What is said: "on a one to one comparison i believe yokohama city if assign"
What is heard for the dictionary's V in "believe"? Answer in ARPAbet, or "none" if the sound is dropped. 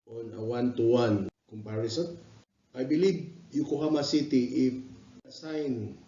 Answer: B